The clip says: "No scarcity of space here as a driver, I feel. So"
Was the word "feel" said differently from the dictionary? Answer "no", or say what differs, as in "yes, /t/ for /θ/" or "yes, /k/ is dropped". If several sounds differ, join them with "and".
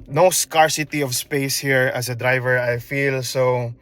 no